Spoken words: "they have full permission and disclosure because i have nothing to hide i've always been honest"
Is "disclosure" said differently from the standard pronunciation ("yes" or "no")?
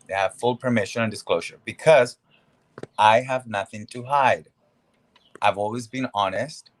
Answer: no